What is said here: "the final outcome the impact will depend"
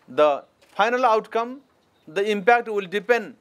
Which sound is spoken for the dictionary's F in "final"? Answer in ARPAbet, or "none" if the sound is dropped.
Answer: P